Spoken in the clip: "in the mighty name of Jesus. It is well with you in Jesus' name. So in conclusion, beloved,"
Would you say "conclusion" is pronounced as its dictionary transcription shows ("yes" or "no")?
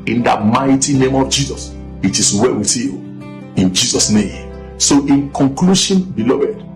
no